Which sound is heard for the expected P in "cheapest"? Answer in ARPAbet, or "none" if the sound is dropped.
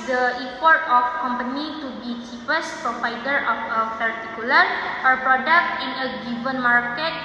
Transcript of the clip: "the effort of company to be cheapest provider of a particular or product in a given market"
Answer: F